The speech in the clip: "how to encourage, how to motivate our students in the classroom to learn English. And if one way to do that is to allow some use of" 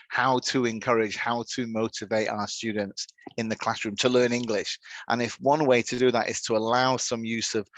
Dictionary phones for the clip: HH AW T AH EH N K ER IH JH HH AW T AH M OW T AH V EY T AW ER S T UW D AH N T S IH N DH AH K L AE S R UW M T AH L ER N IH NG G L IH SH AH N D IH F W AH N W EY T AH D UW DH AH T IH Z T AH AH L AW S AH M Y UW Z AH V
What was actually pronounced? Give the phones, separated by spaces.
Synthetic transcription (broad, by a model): HH AW T AH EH N K ER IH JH HH AW T AH M OW T AH V EY T AW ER S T UW D N T S IH N DH AH K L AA S R UW M T AH L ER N IH NG G L IH SH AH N IH F W AH N W EY T AH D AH DH AH T IH Z T AH AH L AW S AH M Y UW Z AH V